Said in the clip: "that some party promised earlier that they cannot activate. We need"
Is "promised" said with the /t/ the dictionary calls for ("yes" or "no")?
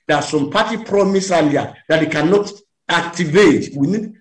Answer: no